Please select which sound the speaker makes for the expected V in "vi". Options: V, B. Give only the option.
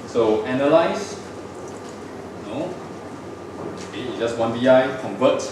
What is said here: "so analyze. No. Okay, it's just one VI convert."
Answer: B